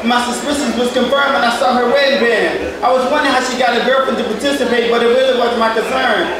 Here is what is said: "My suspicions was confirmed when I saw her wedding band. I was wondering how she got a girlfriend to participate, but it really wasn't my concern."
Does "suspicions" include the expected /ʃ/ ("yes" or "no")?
no